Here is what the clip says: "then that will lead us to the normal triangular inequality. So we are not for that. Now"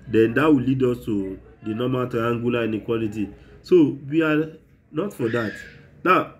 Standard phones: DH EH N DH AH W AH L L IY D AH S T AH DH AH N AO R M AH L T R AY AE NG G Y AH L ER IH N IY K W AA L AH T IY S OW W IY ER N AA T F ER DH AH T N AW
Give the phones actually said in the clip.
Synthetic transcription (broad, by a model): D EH N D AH W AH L L IY D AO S T AH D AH N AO M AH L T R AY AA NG G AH L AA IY N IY K W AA L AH T IY S OW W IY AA N AA T F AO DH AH T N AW